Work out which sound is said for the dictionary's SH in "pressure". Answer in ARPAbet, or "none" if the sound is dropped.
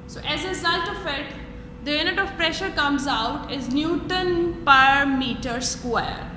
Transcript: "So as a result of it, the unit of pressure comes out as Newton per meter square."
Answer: SH